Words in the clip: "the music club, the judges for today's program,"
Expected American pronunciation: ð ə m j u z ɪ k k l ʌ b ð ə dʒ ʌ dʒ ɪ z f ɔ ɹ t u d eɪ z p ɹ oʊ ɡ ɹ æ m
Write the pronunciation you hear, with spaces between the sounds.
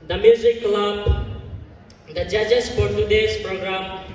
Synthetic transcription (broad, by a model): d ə m j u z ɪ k k l ʌ b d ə dʒ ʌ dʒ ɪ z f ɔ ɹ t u d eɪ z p ɹ oʊ ɡ ɹ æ m